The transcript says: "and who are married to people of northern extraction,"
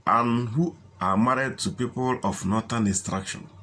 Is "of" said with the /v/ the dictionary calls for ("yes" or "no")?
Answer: no